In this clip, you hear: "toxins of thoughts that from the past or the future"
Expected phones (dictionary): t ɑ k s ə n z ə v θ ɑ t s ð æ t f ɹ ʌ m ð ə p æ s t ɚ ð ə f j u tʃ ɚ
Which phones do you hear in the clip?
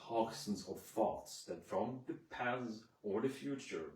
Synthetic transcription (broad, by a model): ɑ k s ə n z ə v θ ɑ t s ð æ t f ɹ ʌ m ð ə p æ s ɚ ð ə f j u tʃ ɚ